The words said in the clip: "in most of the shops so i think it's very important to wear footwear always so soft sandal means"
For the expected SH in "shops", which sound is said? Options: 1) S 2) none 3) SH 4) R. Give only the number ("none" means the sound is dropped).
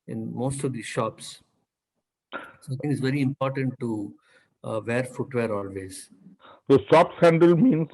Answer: 3